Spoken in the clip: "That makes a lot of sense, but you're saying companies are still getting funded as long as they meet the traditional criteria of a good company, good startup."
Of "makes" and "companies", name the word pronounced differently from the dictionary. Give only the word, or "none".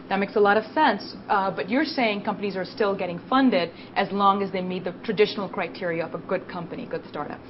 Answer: none